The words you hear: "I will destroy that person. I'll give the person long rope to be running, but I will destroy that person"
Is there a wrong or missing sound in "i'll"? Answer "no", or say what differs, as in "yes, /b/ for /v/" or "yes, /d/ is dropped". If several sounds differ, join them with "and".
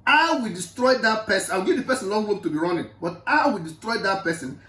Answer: yes, /w/ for /l/